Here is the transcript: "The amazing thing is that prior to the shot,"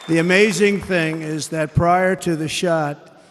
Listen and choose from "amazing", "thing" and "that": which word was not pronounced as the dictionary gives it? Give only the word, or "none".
none